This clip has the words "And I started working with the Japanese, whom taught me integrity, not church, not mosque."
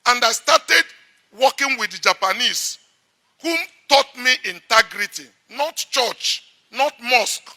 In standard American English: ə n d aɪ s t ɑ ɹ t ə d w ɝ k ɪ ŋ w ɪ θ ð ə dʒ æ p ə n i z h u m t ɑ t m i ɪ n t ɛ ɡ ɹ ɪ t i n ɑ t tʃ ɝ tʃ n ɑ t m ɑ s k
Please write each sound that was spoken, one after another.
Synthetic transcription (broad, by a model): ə n d aɪ s t ɑ t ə d w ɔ k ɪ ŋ w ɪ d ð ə dʒ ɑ p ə n i s h u m t ɑ t m i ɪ n t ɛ ɡ ɹ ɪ t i n ɑ t tʃ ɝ tʃ n ɑ t m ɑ s k